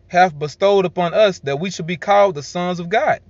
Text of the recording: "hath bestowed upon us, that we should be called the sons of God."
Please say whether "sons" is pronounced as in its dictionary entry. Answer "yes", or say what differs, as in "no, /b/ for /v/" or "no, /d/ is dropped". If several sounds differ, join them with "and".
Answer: yes